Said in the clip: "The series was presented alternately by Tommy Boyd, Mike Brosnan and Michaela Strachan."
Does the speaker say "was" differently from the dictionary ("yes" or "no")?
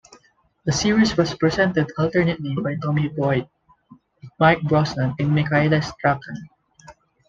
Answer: yes